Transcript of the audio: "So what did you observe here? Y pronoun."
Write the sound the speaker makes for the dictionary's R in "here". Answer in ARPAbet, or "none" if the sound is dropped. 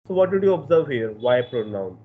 R